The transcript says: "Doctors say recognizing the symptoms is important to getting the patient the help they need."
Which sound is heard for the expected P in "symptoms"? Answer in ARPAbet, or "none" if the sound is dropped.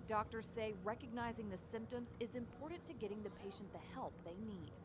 P